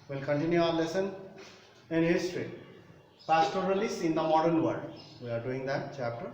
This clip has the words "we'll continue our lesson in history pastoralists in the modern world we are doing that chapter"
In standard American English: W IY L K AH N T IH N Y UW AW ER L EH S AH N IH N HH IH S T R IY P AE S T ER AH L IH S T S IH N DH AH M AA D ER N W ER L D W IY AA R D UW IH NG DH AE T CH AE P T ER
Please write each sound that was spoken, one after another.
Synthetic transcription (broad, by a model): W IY L K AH N T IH N Y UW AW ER L EH S AH N IH N HH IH S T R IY P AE S T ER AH L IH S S IH N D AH M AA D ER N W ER D W IY AA R D UW IH NG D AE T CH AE P T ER